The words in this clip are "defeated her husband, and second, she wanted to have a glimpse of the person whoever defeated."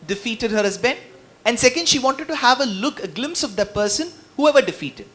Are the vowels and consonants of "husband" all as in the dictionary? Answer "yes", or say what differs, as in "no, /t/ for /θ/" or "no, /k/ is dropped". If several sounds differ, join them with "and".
no, /d/ is dropped